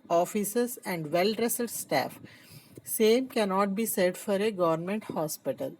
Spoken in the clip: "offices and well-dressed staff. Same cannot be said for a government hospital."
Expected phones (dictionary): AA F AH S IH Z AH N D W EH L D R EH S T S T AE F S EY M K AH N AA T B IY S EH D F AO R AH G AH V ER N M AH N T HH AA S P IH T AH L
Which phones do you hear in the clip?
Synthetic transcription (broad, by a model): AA F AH S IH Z AH N D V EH L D R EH S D S T AE F S EY M K AH N AA T B IY S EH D F AO R AH G AH V ER N M AH N T HH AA S P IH T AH L